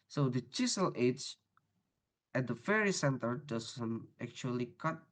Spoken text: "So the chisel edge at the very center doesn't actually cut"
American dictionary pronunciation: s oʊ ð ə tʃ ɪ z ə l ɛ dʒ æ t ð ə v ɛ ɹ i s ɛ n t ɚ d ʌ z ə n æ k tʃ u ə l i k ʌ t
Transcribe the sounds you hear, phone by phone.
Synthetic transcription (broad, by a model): s oʊ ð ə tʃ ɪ s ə l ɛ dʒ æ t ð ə f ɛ ɹ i s ɛ n t ɚ d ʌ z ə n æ k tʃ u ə l i k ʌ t